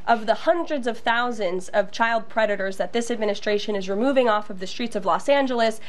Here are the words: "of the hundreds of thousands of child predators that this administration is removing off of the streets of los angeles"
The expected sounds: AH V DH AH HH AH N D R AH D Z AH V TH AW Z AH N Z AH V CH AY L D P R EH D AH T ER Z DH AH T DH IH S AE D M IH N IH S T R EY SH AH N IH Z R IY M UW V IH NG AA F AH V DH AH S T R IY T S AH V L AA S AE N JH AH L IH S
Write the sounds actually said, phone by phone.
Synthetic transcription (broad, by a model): AH V DH AH HH AH N D R AH D Z AH V TH AW Z AH N Z AH V CH AY L D P R EH D AH T ER Z DH AH T DH IH S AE D M IH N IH S T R EY SH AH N IH Z R IY M UW V IH NG AA F AH V DH AH S T R IY T S AH V L AA S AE N JH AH L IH S